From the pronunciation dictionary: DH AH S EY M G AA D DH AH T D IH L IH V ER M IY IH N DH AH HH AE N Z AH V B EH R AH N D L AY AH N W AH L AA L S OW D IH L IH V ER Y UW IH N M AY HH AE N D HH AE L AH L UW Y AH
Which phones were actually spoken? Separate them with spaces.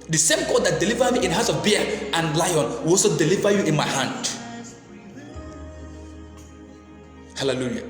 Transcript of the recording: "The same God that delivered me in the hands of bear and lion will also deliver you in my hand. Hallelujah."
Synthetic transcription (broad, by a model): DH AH S EY M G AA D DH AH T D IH L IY V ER M IY IH N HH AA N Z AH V B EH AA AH N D L AY AH N W AH L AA S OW D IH L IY V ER Y UW IH N M AY HH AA N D HH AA L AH L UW Y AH